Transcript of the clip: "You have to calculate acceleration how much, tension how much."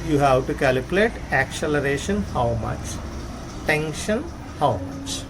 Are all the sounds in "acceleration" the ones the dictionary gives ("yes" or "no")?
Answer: yes